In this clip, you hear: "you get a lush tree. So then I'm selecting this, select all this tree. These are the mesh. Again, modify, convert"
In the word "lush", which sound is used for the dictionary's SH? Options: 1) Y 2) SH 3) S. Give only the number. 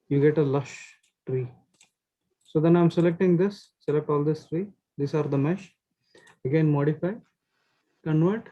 2